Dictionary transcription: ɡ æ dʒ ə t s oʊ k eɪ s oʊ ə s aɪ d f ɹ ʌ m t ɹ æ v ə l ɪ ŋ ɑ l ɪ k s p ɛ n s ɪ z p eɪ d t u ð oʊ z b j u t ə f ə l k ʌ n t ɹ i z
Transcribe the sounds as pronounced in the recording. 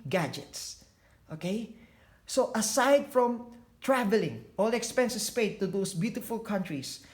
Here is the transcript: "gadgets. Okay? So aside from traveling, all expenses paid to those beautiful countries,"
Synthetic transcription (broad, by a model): ɡ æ dʒ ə t s oʊ k eɪ s oʊ ə s aɪ d f ɹ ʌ m t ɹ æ v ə l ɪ ŋ ɑ l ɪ k s p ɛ n s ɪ s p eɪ t u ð oʊ s b j u t ə f ə l k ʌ n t ɹ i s